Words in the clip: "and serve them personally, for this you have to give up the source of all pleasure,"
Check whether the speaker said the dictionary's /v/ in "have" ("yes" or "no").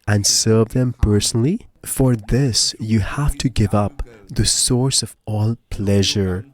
no